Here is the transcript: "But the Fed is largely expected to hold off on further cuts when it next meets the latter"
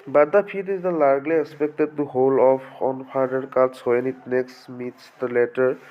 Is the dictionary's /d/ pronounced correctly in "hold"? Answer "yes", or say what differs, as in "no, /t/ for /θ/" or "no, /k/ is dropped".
no, /d/ is dropped